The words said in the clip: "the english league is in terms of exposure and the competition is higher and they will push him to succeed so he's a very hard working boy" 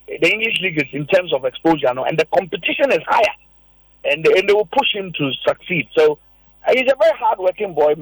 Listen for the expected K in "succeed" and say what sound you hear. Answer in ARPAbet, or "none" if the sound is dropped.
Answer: K